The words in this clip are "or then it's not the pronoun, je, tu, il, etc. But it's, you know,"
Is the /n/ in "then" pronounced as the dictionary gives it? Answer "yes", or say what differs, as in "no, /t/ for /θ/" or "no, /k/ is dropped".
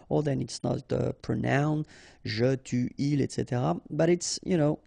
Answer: yes